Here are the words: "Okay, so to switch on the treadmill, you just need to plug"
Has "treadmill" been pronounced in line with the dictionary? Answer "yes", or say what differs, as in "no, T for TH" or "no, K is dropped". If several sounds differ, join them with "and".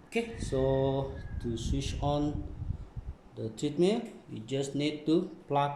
no, N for L